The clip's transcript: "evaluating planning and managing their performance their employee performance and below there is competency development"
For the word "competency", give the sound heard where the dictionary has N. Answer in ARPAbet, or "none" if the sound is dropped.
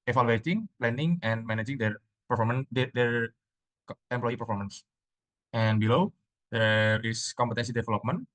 N